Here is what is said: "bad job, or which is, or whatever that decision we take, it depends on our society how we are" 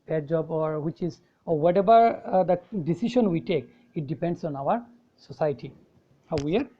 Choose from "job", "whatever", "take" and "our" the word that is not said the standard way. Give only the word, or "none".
whatever